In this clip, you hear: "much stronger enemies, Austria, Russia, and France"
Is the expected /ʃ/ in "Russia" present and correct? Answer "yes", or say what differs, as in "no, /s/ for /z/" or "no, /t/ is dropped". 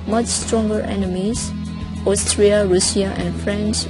no, /s/ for /ʃ/